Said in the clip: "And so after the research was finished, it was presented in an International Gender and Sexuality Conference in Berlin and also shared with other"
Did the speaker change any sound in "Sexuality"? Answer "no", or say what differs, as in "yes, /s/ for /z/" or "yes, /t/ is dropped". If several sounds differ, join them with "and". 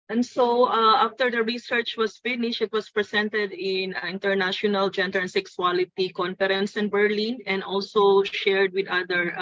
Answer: yes, /s/ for /ʃ/